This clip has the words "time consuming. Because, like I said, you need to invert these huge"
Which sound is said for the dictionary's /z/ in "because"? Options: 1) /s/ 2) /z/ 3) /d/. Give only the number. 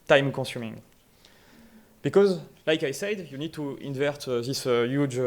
2